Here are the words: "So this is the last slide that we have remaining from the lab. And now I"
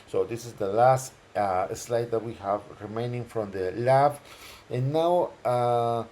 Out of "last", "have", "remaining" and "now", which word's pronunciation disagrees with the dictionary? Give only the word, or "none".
none